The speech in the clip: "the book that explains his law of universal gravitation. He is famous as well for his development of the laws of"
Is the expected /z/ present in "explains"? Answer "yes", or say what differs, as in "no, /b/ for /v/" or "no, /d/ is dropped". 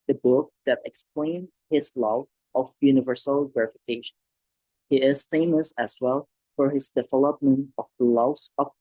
no, /z/ is dropped